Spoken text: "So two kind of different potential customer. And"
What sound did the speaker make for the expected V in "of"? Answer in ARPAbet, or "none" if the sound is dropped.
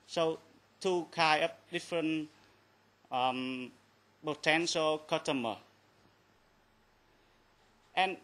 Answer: P